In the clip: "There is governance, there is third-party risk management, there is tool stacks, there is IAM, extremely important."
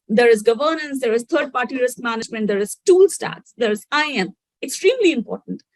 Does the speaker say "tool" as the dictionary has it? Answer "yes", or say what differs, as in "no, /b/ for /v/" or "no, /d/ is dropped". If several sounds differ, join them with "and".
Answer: yes